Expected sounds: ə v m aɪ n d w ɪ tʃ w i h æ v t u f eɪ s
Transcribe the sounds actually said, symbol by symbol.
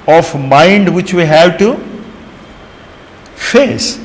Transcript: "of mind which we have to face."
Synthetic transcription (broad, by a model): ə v m aɪ n d w ɪ tʃ w i h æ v t u f eɪ s